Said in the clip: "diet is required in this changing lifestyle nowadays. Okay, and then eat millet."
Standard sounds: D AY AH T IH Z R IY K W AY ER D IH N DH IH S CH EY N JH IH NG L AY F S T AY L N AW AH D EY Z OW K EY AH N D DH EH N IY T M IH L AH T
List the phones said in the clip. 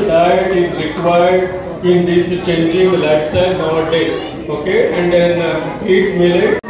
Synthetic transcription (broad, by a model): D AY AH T IH Z R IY K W AY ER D IH N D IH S CH EY N JH IH NG L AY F S T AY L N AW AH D EY OW K EY AH N D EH N IY T M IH L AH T